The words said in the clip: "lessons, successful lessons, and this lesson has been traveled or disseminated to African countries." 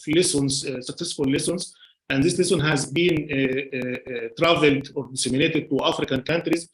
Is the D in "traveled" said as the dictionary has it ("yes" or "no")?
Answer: yes